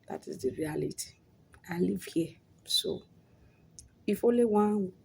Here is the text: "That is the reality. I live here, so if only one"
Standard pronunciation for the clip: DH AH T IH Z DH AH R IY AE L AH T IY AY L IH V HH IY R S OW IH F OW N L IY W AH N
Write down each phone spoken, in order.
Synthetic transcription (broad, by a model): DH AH T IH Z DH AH R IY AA L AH T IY AY L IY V HH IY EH S OW IH F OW L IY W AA